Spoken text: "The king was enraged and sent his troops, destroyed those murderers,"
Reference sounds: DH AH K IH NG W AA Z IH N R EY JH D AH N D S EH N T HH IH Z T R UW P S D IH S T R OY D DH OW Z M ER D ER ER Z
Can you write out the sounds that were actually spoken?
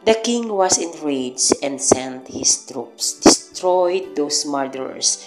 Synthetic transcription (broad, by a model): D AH K IH NG W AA S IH N R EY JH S AH N D S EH N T HH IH S T R UW P S D IH S T R OY D OW S M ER D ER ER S